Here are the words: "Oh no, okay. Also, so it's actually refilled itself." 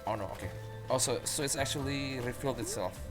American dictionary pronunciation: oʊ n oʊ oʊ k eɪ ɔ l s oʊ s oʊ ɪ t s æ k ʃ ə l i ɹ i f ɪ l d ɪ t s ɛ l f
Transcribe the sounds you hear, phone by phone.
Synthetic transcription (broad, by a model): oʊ n oʊ oʊ k eɪ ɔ s oʊ s oʊ ɪ t s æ k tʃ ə l i ɹ i f ɪ l d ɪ t s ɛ l f